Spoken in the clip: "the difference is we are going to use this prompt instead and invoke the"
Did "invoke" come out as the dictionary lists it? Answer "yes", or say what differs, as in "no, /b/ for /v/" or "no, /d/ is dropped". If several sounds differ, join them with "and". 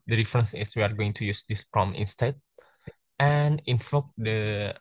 no, /f/ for /v/